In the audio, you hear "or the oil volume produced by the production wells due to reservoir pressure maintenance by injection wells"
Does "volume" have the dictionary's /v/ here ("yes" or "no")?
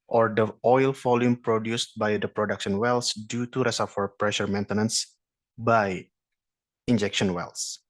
no